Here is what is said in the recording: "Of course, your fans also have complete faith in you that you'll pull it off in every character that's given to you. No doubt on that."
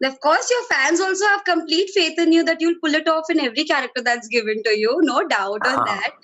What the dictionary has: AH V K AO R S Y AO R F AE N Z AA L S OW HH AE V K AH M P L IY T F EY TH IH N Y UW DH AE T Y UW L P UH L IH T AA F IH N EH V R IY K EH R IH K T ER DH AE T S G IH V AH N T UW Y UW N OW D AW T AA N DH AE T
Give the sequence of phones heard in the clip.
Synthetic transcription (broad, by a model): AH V K AO R S Y AO R F AE N Z AA L S OW HH AE V K AH M P L IY T F EY T IH N Y UW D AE T Y UW L P UH L IH T AA F IH N EH V R IY K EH R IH K T ER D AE T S G IH V AH N T UW Y UW N OW D AW T AA N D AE T